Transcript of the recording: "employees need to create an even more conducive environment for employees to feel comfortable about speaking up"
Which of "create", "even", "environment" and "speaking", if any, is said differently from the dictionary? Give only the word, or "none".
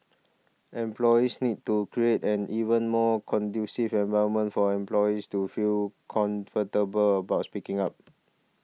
environment